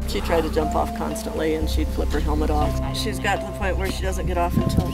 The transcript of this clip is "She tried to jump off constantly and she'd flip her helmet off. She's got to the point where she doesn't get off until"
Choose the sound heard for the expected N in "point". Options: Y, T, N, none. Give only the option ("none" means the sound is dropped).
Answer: none